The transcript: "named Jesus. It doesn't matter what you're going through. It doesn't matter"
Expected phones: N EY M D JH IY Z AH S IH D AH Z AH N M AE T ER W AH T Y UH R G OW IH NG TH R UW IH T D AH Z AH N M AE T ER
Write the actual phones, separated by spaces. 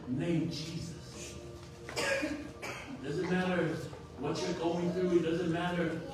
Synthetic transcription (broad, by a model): N EY M JH IY Z AH S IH D AH Z AH N M AE T ER W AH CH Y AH R G OW IH NG TH R UW IH T D AH Z AH N M AE T ER